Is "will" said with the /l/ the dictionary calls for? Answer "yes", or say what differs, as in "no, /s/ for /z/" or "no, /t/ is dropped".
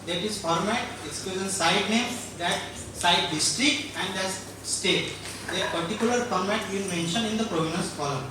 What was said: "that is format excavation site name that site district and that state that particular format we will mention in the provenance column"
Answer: no, /n/ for /l/